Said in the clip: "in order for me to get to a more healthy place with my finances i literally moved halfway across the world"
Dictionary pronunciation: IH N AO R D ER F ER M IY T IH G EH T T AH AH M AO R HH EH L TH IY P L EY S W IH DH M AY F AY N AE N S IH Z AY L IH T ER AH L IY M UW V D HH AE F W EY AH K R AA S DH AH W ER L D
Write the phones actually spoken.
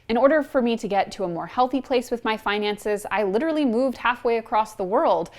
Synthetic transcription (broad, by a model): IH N AO R D ER F ER M IY T IH G EH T T AH AH M AO R HH EH L TH IY P L EY S W IH DH M AY F AY N AE N S IH Z AY L IH T ER L IY M UW V D HH AE F W EY AH K R AA S DH AH W ER L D